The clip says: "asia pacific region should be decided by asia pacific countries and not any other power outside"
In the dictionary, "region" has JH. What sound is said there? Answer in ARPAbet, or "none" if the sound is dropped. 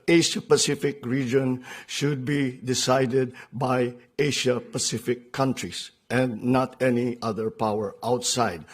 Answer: JH